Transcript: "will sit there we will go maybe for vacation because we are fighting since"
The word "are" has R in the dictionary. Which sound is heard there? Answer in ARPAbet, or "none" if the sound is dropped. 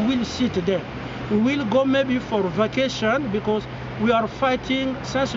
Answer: R